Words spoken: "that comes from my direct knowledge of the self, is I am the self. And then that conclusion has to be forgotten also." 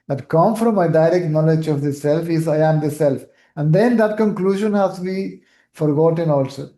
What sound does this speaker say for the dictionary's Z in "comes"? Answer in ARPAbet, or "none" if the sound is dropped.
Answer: none